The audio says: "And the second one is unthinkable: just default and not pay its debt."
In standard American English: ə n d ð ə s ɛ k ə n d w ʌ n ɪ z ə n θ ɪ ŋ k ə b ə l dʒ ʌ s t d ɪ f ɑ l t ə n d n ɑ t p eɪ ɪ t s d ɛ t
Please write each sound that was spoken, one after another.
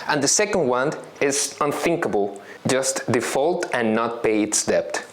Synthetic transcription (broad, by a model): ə n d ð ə s ɛ k ə n d w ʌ n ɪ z ə n θ ɪ ŋ k ə b ə l dʒ ʌ s t d ɪ f ɑ l t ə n n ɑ t p eɪ ɪ t s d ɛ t